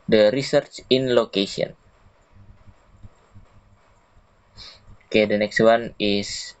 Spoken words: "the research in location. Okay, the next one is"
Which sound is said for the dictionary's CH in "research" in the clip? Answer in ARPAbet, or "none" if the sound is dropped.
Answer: CH